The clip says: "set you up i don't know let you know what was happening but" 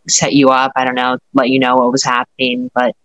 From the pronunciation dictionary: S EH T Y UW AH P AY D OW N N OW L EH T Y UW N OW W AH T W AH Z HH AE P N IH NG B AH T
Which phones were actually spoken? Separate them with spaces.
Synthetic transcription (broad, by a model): S EH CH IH AH P AY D OW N N OW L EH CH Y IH N OW W AH T W AH Z HH AE P N IH NG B AH T